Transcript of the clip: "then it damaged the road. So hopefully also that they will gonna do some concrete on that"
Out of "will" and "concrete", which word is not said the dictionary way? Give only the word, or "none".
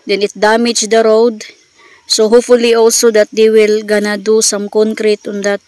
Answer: none